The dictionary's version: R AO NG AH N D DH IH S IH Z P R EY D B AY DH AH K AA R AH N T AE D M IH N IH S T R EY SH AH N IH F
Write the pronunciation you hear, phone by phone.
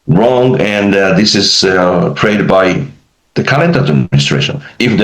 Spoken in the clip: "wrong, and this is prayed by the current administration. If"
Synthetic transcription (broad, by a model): R AO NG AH N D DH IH S IH Z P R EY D B AY DH AH K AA L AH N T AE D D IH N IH S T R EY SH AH N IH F